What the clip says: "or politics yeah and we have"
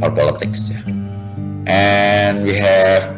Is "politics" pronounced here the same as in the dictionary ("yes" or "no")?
yes